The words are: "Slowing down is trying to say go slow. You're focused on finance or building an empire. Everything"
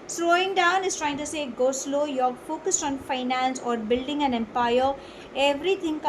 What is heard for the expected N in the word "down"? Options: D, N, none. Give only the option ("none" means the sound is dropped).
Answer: N